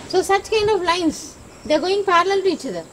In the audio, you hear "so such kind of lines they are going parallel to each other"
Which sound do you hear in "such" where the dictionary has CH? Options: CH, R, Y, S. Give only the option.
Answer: CH